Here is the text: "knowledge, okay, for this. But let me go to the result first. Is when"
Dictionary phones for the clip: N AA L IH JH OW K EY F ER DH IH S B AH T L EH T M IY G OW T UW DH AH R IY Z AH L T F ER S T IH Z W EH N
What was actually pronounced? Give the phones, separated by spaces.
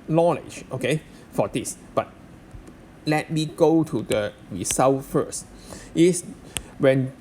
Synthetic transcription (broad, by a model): N AA L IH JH OW K EY F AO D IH S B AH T L EH T M IY G OW T UW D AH R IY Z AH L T F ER S T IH S W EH N